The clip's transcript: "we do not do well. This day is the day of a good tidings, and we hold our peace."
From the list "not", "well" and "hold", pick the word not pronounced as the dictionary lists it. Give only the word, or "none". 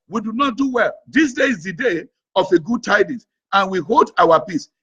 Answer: none